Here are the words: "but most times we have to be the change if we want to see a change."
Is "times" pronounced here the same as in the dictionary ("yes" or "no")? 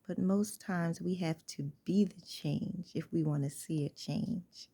yes